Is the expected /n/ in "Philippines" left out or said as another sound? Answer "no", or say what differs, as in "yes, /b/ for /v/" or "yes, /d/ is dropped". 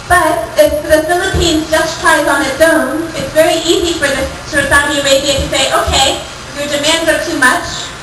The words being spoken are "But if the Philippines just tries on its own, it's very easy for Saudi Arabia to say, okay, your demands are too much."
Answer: no